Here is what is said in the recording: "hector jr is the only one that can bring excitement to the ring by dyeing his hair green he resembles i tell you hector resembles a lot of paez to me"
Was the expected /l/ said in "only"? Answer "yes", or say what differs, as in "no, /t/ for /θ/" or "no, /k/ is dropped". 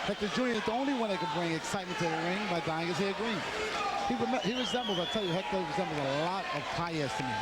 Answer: yes